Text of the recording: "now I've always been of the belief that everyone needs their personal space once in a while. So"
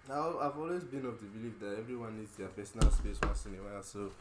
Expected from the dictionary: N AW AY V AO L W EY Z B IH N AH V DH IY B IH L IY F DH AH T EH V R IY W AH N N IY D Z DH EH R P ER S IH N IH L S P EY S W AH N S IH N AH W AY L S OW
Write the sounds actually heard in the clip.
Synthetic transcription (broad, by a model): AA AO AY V AO L W EY Z B IH N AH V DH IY B IH L IY F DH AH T EH V R IY W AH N N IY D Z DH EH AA P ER S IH N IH L S P EY S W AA S IH N AH W AY L S OW